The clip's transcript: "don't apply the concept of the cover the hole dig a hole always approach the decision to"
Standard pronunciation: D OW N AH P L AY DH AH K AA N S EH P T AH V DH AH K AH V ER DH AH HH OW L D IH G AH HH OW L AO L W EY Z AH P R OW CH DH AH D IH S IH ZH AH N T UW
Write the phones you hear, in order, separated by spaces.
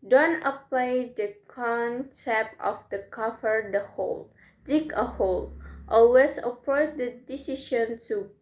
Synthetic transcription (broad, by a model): D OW N AH P L AY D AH K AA N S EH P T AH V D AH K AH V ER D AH HH OW L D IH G AH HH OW L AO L W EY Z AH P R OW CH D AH D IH S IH SH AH N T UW